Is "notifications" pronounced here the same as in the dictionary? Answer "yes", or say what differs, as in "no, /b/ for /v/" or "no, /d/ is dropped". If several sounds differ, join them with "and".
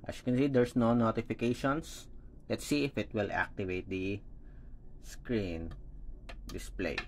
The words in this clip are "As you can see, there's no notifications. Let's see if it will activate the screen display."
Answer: no, /s/ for /z/